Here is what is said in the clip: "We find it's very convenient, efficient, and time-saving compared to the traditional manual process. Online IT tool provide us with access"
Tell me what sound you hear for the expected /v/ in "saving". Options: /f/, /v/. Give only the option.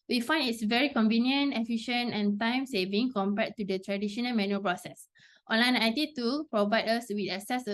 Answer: /v/